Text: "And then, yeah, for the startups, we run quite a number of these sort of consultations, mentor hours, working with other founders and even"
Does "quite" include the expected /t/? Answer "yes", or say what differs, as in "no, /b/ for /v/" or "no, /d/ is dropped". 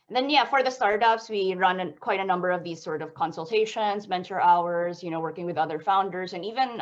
yes